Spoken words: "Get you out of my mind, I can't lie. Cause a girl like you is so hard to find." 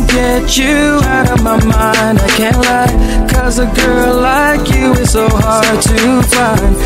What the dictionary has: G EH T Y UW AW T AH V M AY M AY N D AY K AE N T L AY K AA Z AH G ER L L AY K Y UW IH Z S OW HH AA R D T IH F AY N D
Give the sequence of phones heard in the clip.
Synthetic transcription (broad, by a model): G EH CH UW AW T AH V M AY M AY N D AY K AE N T L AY K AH Z AH G ER L L AY K Y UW IH Z S OW HH AA R D T IH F AY N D